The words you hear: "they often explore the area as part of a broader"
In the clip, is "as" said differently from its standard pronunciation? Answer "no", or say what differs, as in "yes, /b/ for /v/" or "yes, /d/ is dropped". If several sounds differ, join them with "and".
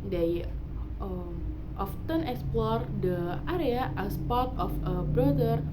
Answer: yes, /s/ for /z/